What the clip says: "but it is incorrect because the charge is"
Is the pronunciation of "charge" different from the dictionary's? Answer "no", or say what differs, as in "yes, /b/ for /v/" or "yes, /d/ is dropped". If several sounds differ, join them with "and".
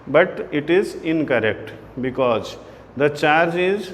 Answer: no